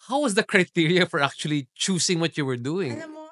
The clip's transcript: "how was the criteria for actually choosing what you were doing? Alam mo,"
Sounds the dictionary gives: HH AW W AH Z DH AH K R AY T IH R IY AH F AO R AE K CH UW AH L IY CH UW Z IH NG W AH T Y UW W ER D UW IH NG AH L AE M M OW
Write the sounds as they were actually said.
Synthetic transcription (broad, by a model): HH AW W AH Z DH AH K R AY T IH R IY AH F AO R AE K CH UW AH L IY CH UW S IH NG W AH T Y UW W ER D UW IH NG